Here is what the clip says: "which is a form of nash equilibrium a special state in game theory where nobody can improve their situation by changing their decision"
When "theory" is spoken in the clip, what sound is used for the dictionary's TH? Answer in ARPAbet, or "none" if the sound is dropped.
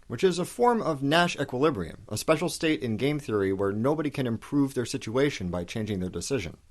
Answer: TH